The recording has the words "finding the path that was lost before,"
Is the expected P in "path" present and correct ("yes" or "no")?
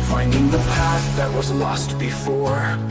yes